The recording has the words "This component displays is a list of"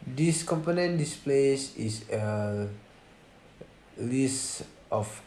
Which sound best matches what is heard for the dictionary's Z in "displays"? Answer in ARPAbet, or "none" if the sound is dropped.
S